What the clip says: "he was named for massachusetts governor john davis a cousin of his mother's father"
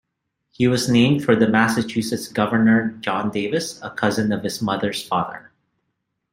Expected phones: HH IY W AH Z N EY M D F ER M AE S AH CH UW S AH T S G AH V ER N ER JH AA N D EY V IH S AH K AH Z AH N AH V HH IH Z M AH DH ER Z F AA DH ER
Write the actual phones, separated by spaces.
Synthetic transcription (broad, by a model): HH IY W AH Z N EY M D F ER M AE S AH CH UW S AH T S G AH V ER N ER JH AA N D EY V IH S AH K AH Z AH N AH V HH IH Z M AH DH ER Z F AA DH ER